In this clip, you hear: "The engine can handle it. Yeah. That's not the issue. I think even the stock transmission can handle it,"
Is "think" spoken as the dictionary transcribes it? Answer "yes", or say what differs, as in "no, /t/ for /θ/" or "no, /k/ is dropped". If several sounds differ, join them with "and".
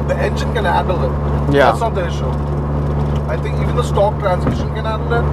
no, /t/ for /θ/